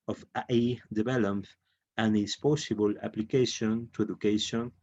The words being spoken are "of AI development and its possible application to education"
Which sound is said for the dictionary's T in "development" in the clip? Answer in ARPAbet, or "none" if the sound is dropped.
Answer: none